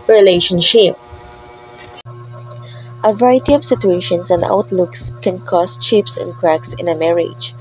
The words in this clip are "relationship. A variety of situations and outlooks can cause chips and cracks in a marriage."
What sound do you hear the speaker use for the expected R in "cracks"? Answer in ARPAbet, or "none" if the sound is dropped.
R